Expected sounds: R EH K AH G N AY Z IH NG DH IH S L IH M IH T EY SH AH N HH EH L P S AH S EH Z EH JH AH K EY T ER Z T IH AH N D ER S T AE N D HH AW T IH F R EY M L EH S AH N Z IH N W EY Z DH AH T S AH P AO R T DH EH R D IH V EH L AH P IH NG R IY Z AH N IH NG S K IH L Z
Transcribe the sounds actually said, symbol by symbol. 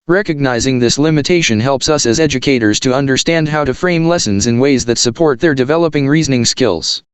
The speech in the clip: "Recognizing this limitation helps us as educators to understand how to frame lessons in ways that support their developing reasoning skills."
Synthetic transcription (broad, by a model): R EH K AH G N AY Z IH NG DH IH S L IH M IH T EY SH AH N HH EH L P S AH S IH Z EH JH AH K EY T ER Z T IH AH N D ER S T AE N D HH AW T IH F R EY M L EH S AH N Z IH N W EY Z DH AH T S AH P AO R T DH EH R D IH V EH L AH P IH NG R IY Z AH N IH NG S K IH L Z